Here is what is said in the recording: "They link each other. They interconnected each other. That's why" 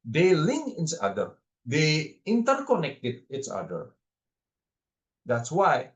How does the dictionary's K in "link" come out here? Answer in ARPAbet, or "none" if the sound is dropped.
none